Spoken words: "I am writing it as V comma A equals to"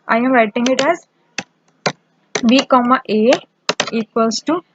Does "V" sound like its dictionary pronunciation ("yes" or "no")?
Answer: no